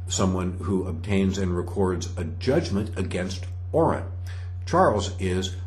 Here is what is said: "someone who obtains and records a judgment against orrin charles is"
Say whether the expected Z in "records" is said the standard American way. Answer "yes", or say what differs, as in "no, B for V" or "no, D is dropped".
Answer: yes